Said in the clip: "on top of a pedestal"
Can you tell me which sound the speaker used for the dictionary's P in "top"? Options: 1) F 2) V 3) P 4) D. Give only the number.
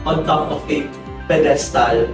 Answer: 1